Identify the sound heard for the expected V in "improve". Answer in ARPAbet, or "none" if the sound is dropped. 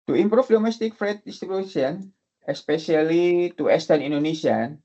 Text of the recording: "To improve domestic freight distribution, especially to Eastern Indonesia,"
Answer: F